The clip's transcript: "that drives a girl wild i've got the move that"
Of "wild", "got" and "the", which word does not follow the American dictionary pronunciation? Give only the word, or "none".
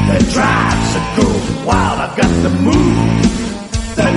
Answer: wild